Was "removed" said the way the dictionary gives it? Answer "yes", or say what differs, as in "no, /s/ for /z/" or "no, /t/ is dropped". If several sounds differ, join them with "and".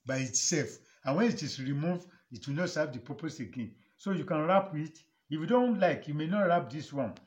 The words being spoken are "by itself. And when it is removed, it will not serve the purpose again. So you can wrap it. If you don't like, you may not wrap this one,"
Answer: no, /d/ is dropped